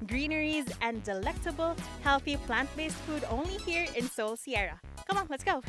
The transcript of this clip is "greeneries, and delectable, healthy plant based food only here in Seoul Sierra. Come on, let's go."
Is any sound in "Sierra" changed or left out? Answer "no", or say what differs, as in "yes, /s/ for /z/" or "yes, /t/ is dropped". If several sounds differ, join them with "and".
no